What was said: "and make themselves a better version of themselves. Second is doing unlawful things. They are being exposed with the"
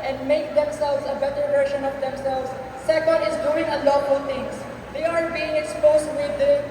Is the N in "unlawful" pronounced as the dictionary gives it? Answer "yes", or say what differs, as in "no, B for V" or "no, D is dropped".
no, N is dropped